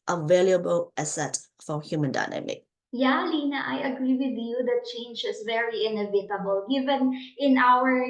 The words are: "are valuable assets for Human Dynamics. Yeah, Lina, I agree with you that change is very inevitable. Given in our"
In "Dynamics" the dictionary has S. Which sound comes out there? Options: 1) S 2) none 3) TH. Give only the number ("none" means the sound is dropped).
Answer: 2